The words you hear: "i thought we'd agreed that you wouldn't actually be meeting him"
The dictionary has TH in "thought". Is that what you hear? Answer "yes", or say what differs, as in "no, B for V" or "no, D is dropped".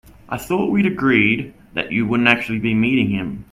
yes